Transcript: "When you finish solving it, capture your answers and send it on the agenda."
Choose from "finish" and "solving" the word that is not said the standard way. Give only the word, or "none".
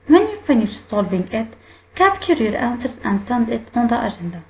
solving